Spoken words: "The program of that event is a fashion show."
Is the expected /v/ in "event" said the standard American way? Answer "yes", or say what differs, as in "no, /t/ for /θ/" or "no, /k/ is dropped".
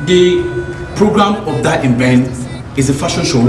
no, /b/ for /v/